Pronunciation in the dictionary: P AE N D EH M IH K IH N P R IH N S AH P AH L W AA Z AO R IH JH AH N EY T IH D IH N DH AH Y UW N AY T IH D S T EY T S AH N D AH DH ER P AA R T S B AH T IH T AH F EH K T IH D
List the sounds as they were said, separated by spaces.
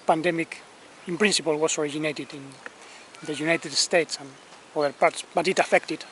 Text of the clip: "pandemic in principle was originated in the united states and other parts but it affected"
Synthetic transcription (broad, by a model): P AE N D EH M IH K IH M P R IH N S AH P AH L W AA S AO R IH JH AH N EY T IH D IH N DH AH Y UW N AY T IH D S T EY T S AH N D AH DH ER P AA R T S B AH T IH T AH F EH K T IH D